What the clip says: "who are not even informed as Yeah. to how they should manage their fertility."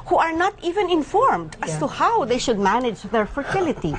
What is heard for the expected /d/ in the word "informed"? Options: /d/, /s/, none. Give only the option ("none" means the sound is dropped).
/d/